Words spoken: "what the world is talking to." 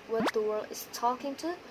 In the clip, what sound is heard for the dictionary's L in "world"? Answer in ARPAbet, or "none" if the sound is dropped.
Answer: L